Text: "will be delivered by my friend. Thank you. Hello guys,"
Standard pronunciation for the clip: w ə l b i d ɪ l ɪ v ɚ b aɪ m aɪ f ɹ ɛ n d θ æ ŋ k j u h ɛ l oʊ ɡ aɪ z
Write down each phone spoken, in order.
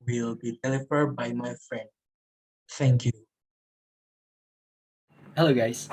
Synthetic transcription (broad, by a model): w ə l b i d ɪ l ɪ f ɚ b aɪ m aɪ f ɹ ɛ n d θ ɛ ŋ k j u h ɛ l oʊ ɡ aɪ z